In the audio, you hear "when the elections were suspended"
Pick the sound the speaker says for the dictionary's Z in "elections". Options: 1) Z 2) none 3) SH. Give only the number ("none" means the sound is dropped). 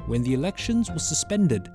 1